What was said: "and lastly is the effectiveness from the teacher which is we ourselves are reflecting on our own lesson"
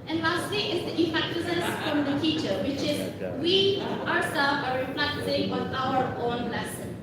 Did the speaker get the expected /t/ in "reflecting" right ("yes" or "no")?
no